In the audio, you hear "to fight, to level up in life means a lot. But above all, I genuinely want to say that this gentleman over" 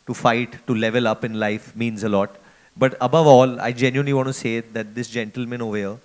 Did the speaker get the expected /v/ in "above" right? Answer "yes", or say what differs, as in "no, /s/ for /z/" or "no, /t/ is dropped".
yes